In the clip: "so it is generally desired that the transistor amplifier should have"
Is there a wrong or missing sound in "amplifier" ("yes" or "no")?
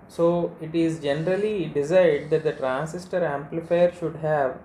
no